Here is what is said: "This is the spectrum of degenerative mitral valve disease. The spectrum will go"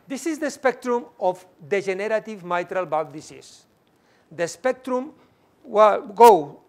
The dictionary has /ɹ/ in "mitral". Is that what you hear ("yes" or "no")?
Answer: yes